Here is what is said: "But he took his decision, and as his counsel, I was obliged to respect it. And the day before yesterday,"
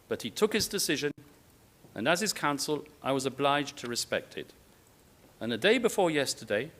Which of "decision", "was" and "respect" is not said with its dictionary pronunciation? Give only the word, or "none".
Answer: none